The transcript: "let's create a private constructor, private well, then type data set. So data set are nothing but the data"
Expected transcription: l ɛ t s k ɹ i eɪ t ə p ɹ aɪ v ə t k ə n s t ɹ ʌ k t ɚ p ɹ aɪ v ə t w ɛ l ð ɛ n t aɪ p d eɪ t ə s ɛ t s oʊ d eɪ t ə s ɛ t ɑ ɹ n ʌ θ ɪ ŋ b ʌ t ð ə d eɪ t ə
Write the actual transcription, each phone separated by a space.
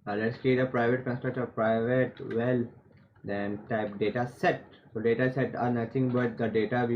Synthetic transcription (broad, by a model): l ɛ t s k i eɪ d ə p ɹ aɪ v ə t k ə n s t ɹ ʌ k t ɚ p ɹ aɪ v ə t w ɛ l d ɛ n t aɪ p d eɪ t ə s ɛ t s oʊ d eɪ t ə s ɛ t ɑ ɹ n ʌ t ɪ ŋ b ʌ t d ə d eɪ t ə